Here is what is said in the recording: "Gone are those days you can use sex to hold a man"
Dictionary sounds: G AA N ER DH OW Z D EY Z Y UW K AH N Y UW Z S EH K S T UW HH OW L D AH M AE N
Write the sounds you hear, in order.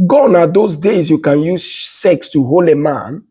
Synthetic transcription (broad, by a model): G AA N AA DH OW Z D EY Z Y UW K AH N Y UW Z S EH K S T UW HH OW L AH M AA N